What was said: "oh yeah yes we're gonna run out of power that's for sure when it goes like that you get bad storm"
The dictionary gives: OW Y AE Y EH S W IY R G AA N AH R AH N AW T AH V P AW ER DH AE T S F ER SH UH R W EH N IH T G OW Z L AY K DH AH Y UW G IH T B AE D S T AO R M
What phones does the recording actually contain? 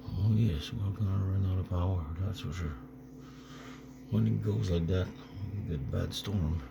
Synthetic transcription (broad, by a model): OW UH Y EH S W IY L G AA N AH R AH N AW T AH P AW ER DH AE T S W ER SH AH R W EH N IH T G OW Z L AY K DH AH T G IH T B AE D S T AO R M